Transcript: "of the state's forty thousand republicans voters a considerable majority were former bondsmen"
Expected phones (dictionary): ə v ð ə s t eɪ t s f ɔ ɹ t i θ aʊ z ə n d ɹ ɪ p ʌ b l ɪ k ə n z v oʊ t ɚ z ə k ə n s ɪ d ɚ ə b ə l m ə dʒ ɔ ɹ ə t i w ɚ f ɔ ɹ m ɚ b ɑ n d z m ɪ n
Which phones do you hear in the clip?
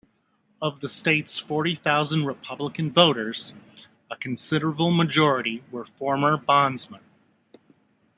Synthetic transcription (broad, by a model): ə v ð ə s t eɪ t s f ɔ ɹ t i θ aʊ z ə n d ɹ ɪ p ʌ b l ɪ k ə n v oʊ t ɚ z ə k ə n s ɪ d ɚ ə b l m ə dʒ ɔ ɹ ə t i w ɚ f ɔ ɹ m ɚ b ɑ n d z m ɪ n